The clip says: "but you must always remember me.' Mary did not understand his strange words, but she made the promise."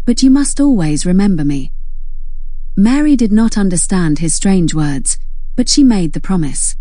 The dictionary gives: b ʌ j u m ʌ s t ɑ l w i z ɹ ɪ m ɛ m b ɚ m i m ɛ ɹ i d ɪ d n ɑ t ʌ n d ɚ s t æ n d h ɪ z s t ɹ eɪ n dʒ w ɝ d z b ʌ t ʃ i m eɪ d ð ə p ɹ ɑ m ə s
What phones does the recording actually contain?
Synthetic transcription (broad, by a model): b ʌ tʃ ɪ m ʌ s t ɑ l w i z ɹ ɪ m ɛ m b ɚ m i m ɛ ɹ i d ɪ d n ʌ t ʌ n d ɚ s t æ n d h ɪ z s t ɹ eɪ n dʒ w ɝ d z b ʌ t ʃ i m eɪ d ð ə p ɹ ɑ m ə s